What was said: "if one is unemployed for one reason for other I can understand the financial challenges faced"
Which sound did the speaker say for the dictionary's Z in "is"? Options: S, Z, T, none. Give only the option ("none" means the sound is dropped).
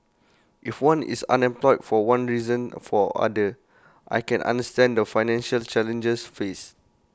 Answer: S